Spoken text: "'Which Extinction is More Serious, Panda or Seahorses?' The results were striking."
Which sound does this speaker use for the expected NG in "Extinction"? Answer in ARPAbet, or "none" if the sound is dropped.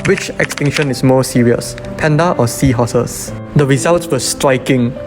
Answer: NG